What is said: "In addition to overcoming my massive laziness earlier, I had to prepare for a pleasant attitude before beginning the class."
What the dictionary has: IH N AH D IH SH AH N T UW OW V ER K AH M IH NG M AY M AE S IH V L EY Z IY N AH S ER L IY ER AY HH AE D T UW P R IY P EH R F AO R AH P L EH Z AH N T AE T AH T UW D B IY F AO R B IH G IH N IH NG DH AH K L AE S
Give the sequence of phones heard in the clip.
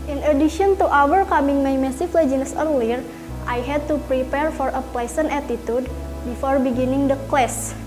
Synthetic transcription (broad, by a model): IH N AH D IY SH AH N T UW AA W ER K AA M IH NG M AY M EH S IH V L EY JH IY N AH S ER L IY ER AY HH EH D T UW P R IY P EH R F AO R AH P L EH S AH N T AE T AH T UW D B IY F AO R B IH G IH N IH NG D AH K L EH S